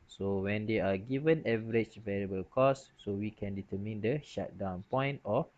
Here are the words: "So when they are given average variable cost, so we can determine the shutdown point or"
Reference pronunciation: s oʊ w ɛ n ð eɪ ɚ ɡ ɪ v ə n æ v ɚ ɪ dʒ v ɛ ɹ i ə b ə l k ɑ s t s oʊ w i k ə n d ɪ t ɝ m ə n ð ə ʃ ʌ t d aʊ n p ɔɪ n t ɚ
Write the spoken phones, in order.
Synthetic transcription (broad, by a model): s oʊ w ɛ n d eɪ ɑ ɡ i v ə n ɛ v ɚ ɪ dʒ v ɛ ɹ i ə b ə l k ɑ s s oʊ w i k ə n d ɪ t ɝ m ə n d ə ʃ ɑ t d aʊ n p ɔɪ n t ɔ